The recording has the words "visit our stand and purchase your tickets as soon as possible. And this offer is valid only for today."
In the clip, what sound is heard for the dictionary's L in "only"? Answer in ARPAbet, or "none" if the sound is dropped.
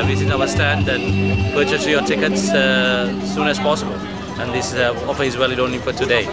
none